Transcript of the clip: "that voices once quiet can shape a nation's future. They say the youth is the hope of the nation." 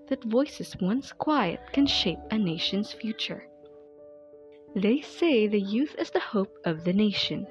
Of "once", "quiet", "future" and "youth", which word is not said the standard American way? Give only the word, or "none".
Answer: none